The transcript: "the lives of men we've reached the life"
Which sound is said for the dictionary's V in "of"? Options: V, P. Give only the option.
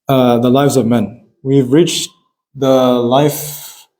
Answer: V